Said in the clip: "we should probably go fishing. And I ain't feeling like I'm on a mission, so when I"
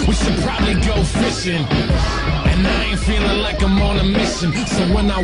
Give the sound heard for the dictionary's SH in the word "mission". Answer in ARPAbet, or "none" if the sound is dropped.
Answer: S